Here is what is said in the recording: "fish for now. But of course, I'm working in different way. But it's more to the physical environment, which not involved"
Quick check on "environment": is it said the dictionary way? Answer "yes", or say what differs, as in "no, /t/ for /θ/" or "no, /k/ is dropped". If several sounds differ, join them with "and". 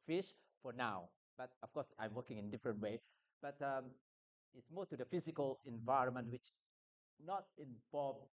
yes